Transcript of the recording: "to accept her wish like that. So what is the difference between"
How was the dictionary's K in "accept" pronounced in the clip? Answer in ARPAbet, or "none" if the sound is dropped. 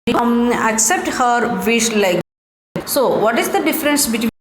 K